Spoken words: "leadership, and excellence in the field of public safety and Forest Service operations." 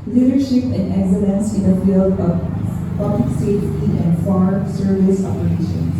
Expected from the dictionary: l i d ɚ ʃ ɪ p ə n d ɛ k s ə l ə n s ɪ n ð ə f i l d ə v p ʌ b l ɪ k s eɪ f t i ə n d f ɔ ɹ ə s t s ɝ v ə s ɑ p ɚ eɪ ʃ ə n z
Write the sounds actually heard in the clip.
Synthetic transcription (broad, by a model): l i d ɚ ʃ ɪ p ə n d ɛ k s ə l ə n s ɪ n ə f i l d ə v p ʌ b l ɪ k s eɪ t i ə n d f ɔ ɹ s s ɝ v ə s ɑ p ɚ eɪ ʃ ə n